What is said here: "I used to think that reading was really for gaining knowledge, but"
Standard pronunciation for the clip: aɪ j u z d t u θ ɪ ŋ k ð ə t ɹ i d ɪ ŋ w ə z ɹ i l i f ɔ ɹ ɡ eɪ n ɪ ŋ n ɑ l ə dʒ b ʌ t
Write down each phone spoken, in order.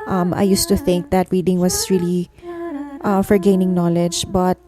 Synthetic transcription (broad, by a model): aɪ j u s t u θ ɪ ŋ k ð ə t ɹ i d ɪ ŋ w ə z ɹ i l i f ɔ ɹ ɡ eɪ n ɪ ŋ n ɑ l ə dʒ b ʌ t